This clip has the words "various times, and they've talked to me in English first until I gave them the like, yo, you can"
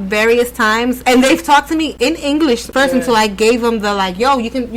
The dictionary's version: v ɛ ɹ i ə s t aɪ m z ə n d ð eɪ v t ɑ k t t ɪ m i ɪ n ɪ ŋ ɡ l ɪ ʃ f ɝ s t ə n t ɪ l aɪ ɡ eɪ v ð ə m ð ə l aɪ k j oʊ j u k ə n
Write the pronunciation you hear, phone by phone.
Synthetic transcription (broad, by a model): v ɛ ɹ i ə s t aɪ m z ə n ð eɪ v t ɑ k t t ɪ m i ɪ n ɪ ŋ ɡ l ɪ ʃ p ɝ s ə n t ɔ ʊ aɪ ɡ eɪ v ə m ð ə l aɪ k j oʊ j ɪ k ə n